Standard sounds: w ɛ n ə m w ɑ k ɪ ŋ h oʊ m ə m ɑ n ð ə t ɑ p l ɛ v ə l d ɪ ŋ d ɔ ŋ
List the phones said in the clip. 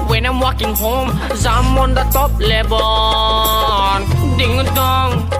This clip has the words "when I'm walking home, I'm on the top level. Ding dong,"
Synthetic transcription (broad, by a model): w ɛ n ə m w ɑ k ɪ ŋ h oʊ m ə m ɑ n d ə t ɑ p l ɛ b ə n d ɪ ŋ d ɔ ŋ